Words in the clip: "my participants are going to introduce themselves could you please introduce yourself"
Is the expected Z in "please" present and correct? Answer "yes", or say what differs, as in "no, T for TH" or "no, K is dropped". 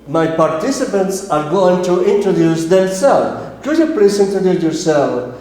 no, S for Z